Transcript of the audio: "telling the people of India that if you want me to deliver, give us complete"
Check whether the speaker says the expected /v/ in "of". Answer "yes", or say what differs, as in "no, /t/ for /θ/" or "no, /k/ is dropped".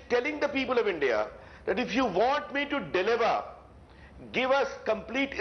yes